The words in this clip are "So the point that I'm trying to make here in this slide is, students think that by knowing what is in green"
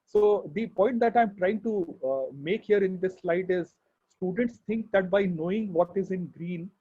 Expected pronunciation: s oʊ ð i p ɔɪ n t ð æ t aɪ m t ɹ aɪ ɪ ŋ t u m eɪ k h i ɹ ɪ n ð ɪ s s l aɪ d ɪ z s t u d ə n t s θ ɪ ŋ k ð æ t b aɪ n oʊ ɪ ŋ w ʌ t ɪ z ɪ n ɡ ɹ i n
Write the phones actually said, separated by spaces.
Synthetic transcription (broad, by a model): s oʊ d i p ɔɪ n t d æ t aɪ m t ɹ aɪ ɪ ŋ t u m eɪ k h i ɹ ɪ n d ɪ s s l aɪ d ɪ z s t u d ə n t s t ɪ ŋ k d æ t b aɪ n oʊ ɪ ŋ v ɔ t ɪ z ɪ n ɡ ɹ i n